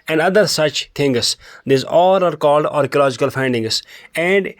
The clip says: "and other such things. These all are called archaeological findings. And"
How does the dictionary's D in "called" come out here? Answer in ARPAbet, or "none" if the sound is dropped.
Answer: D